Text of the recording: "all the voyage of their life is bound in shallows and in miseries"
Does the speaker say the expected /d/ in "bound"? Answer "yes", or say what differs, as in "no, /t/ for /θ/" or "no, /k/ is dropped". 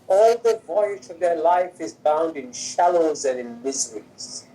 yes